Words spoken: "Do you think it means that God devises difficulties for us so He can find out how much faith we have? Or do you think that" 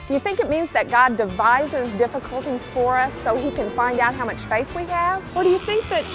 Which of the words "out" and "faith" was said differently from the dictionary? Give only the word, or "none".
none